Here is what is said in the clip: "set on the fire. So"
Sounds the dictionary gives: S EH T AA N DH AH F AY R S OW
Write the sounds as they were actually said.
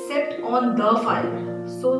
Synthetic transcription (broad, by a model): S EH T AA N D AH F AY L S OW